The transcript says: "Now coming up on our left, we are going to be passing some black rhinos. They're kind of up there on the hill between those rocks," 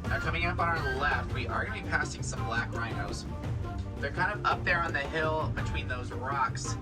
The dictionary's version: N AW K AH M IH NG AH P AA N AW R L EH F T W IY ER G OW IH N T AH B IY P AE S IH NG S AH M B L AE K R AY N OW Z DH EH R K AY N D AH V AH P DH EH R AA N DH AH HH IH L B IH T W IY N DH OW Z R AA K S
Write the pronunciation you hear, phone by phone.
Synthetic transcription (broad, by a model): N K AH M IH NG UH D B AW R L EH F T W IY ER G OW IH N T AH B IY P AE S IH NG S AH M B L AE K R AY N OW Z DH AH R K AY N D AH V AH P DH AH R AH N DH AH HH IH L B IH T W IY N DH OW Z R AA K S